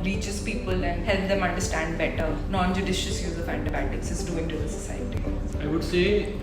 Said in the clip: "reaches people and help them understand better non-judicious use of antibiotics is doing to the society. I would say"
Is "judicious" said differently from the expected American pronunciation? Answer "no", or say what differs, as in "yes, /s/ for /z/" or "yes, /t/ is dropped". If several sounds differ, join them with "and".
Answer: no